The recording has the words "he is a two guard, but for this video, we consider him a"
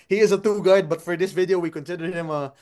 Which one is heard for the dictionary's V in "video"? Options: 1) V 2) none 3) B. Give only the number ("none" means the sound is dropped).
1